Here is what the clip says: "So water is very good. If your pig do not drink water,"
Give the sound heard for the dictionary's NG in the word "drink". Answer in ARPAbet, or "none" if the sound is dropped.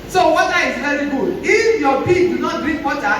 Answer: none